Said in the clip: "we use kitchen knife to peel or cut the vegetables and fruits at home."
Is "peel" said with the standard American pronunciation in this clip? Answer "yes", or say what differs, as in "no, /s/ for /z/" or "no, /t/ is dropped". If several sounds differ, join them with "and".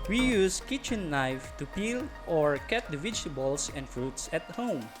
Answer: yes